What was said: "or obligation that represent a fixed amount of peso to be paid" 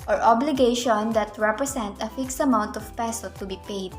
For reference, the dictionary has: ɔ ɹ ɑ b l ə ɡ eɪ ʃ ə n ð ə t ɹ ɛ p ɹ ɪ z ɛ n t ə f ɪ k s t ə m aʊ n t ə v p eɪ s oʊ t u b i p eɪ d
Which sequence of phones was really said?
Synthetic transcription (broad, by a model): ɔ ɹ ɑ b l ə ɡ eɪ ʃ ə n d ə t ɹ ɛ p ɹ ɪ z ɛ n t ə f ɪ k s t ə m aʊ n t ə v p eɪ s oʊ t u b i p eɪ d